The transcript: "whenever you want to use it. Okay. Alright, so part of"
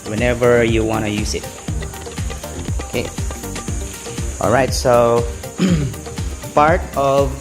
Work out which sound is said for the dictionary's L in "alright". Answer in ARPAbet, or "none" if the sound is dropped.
L